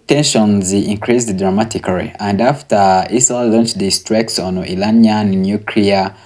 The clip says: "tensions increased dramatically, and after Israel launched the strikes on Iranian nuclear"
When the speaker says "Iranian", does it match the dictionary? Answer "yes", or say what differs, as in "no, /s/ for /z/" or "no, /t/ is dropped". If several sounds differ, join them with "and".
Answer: no, /l/ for /ɹ/